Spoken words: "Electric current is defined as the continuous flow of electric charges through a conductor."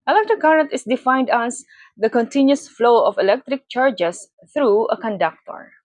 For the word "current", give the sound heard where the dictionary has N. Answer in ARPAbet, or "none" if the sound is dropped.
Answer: none